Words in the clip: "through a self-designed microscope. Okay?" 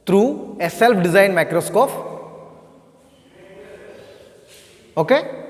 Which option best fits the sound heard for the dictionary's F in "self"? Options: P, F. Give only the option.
P